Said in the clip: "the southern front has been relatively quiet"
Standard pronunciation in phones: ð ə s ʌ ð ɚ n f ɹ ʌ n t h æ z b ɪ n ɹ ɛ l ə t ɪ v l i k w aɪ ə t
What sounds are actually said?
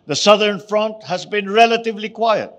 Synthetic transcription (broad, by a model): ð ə s ʌ ð ɚ n f ɹ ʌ n t h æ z b ɪ n ɹ ɛ l ə t ɪ v l i k w aɪ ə t